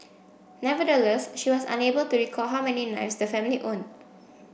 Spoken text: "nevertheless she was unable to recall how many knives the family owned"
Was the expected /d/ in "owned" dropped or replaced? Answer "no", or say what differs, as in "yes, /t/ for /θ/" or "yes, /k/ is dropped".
yes, /d/ is dropped